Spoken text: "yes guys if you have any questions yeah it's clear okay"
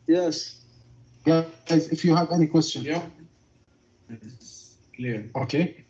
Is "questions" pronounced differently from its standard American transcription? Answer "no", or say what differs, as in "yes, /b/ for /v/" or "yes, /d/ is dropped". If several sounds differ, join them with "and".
yes, /z/ is dropped